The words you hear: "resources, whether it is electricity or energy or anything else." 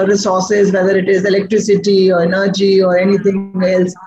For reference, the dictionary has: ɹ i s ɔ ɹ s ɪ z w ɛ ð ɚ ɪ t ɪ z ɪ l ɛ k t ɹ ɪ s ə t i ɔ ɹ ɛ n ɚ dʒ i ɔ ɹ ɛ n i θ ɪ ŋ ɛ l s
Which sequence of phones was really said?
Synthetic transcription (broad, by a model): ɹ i s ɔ ɹ s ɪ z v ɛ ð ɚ ɪ t ɪ z ɪ l ɛ k t ɹ ɪ s ə t i ɔ ɹ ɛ n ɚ dʒ i ɔ ɹ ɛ n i t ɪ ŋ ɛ l s